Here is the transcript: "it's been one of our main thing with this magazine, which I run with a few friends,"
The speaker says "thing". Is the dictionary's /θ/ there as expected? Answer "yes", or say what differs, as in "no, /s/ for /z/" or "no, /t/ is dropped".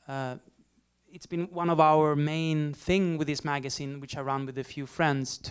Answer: yes